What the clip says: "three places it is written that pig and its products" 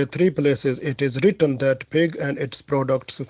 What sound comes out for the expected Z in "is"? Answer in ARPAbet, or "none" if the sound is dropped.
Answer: Z